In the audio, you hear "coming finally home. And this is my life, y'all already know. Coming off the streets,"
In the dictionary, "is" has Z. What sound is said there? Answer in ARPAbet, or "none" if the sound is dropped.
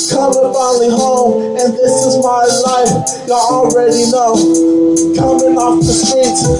Z